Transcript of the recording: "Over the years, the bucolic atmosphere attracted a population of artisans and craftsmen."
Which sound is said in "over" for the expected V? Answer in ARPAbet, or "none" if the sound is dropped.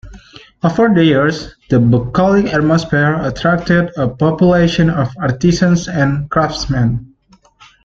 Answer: F